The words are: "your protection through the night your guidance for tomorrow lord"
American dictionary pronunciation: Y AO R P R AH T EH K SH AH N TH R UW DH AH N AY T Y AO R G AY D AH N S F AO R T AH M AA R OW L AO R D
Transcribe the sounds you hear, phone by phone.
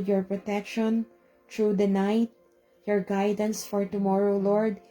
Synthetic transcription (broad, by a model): Y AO R P R AH T EH K SH AH N T R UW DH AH N AY T Y AO R G AY D AH N S F AO R T AH M AA R OW L AO R D